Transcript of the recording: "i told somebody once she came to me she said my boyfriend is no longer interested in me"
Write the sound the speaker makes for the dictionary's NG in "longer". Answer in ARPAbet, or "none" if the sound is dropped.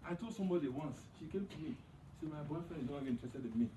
none